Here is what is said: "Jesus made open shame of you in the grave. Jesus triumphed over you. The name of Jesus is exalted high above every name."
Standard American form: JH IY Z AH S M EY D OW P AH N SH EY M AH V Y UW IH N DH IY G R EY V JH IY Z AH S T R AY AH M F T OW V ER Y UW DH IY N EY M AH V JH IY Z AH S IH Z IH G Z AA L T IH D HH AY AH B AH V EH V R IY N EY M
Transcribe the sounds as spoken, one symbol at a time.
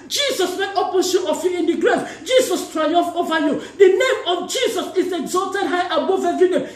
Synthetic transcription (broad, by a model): JH IY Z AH S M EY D OW P AH N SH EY AH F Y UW IH N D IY G R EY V JH IY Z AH S T R AY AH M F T OW V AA Y UW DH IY N EY M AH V JH IY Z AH S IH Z IH G Z AA L T IH D HH AY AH B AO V EH V R IY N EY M